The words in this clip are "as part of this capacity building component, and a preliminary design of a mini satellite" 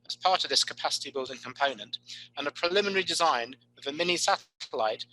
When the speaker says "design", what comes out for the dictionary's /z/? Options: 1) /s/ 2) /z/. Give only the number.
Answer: 2